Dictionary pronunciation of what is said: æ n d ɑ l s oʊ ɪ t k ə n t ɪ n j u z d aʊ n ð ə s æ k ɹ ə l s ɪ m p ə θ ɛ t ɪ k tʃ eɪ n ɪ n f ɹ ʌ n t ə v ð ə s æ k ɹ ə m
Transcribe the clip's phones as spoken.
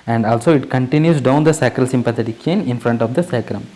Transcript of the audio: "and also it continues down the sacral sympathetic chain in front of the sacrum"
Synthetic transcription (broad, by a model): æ n d ɑ l s oʊ ɪ t k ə n t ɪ n j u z d aʊ n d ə s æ k ə l s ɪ m p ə t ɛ t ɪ k tʃ eɪ n ɪ n f ɹ ʌ n t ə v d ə s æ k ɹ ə m